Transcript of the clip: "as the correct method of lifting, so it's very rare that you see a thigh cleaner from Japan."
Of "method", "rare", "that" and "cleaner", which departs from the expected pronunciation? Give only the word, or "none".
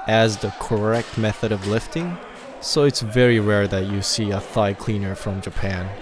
none